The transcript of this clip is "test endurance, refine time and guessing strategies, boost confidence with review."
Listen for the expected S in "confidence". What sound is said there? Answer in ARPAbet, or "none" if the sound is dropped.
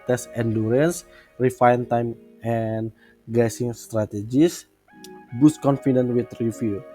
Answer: none